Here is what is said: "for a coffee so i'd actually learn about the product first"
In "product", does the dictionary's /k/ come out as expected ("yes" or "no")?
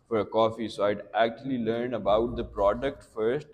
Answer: yes